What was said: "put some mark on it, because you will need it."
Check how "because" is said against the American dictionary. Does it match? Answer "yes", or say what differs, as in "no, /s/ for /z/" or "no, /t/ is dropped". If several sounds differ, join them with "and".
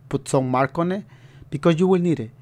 no, /z/ is dropped